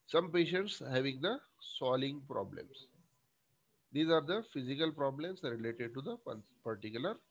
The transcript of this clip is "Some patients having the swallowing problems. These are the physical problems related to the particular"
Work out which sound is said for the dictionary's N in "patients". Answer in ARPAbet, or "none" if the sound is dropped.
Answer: N